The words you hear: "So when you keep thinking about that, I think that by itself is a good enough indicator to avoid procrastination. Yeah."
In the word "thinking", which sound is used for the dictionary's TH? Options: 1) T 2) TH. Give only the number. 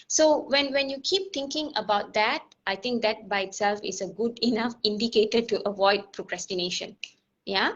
1